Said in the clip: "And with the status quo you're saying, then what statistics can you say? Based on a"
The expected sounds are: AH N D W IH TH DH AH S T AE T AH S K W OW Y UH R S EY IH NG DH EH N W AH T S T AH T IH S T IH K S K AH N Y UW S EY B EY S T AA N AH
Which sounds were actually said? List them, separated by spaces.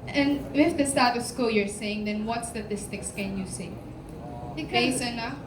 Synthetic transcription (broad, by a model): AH N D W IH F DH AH S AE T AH S K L Y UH R S EY IH NG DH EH N W AH T S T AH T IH S T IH K S K AH N Y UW S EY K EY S AA N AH